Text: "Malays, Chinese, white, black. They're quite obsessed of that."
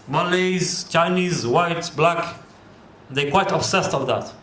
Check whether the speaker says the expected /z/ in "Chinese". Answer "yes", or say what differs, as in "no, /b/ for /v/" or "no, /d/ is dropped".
yes